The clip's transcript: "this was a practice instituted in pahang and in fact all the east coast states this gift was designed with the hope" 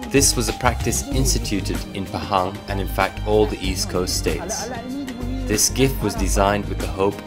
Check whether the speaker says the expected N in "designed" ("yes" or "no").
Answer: yes